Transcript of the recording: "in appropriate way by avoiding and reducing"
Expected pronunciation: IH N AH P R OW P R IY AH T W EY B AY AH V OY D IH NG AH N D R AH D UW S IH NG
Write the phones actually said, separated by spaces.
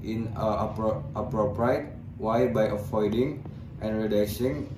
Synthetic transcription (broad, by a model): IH N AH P R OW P R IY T W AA B AY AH F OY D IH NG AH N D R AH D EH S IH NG